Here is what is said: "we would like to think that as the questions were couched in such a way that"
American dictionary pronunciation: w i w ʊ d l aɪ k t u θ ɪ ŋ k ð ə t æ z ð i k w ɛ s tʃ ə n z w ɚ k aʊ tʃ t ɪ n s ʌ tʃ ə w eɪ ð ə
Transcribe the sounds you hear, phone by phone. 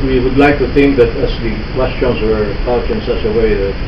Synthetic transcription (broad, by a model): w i w ʊ d l aɪ k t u θ ɪ ŋ k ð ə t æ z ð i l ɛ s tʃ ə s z w ɚ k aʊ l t ɪ n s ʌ s ə w eɪ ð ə